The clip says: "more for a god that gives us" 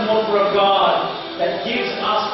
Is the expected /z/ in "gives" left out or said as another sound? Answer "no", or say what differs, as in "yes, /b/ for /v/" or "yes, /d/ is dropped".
no